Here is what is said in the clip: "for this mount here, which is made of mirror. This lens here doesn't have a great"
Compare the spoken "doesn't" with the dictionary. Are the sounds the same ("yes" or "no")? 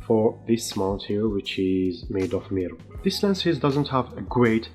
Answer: yes